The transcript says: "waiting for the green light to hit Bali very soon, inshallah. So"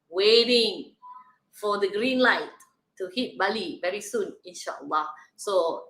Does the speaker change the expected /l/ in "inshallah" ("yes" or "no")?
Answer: yes